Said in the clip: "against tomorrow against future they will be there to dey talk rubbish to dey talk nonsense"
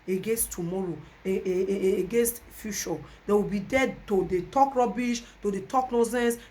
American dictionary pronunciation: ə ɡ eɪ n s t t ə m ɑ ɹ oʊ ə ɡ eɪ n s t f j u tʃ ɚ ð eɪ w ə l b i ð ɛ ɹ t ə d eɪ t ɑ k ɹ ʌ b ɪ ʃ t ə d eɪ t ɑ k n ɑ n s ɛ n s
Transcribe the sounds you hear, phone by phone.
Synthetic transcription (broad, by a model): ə ɡ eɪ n s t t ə m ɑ ɹ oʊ ə ɡ eɪ n s t f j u ʃ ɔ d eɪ w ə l b i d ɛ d t ə d eɪ t ɑ k ɹ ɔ b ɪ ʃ t ə d eɪ t ɑ k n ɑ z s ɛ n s